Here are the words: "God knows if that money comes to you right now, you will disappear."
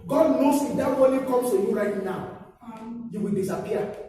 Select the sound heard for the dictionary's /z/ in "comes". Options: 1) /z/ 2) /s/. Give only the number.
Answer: 2